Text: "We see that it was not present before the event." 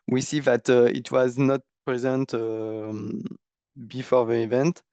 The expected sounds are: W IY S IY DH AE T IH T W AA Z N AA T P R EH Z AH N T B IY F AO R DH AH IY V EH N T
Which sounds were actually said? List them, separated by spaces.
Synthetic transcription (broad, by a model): W IY S IY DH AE T IH T W AA Z N AA T P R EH Z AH N T B IY F AO R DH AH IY V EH N T